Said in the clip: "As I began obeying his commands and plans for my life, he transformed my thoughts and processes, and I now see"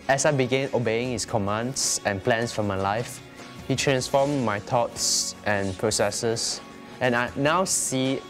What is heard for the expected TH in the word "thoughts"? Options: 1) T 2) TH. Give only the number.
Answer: 1